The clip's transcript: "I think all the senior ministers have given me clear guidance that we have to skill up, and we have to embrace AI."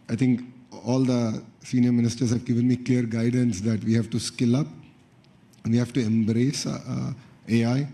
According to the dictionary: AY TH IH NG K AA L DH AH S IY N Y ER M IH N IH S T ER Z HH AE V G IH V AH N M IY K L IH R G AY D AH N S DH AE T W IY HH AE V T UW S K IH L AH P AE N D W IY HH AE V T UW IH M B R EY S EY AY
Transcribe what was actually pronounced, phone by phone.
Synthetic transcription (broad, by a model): AY T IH NG K AA L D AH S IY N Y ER M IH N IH S T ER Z HH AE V G IH V AH N M IY K L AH R G AY D AH N S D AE T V IY HH AE V T UW S K IH L AH P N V IY HH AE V T UW IH M B R EY S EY AY